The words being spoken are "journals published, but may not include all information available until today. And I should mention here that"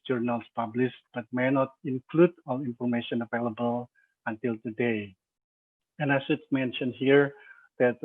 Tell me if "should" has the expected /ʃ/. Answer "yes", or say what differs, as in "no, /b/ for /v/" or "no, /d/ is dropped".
no, /s/ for /ʃ/